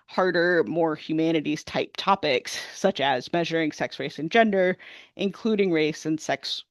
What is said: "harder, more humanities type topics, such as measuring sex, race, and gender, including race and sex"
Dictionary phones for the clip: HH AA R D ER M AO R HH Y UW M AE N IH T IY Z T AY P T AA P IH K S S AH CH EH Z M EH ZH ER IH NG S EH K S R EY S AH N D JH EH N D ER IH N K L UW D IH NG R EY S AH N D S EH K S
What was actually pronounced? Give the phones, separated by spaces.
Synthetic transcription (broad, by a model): HH AA R D ER M AO R HH Y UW M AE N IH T IY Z T AY P T AA P IH K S S AH CH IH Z M EH ZH ER IH NG S EH K S R EY S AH N JH EH N D ER IH N K L UW D IH NG R EY S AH N S EH K S